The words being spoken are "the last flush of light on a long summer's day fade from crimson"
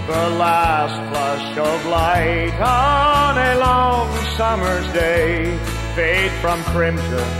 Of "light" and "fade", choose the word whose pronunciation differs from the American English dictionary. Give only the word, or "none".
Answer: none